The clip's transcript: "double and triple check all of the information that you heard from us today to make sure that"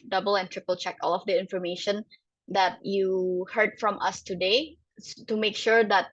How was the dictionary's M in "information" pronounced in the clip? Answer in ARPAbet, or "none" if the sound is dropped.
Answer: M